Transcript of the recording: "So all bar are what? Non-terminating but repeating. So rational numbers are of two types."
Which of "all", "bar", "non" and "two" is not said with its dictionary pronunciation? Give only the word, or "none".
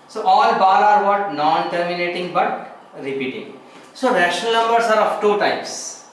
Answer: bar